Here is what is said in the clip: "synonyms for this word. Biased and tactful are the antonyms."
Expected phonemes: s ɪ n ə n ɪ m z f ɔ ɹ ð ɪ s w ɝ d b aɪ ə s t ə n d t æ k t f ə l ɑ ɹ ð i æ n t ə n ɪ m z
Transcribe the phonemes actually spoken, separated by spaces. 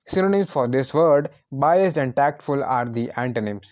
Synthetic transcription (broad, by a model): s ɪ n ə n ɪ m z f ɔ ɹ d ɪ s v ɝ d b aɪ ə s t ə n d t æ k t f ə l ɑ ɹ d i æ n t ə n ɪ m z